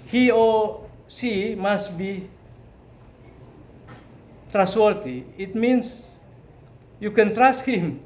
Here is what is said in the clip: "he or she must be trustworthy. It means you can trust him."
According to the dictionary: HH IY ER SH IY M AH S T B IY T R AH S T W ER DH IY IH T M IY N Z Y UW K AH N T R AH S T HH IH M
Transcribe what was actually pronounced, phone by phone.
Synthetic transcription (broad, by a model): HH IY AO S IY M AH S T B IY T R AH S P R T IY IH T M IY N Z Y UW K AH N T R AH S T HH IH M